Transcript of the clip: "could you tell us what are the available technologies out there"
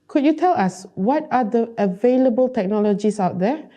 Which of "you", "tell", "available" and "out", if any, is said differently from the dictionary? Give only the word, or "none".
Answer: none